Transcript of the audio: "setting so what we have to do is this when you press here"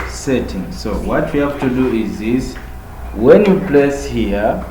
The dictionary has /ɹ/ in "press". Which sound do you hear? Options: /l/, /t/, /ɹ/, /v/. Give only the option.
/l/